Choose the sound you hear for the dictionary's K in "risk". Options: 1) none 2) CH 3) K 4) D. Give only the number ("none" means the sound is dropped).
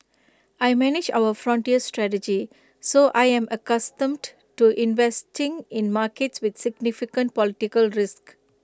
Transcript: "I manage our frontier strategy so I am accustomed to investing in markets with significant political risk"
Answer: 3